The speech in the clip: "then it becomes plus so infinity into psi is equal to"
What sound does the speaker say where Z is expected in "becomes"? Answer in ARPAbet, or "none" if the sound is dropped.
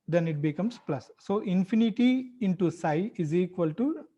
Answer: S